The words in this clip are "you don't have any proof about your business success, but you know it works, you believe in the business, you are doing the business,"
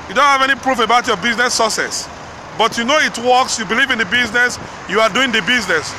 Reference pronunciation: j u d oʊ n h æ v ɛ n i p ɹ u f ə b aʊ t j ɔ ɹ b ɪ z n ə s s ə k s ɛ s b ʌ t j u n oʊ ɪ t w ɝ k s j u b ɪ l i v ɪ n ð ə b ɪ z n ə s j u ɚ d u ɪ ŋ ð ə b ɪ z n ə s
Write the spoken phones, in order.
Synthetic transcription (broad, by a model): j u d oʊ n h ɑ v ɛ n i p ɹ u f ə b aʊ t j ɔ b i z n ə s s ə s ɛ s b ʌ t j u n oʊ ɪ t w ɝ k s j u b ɪ l i v ɪ n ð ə b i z n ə s j u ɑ d u ɪ ŋ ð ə b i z n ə s